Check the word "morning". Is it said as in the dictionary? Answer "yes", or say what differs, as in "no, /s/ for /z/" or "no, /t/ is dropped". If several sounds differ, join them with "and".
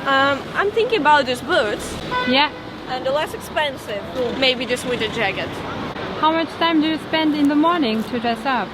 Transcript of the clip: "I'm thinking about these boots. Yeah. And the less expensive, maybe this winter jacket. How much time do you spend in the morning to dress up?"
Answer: yes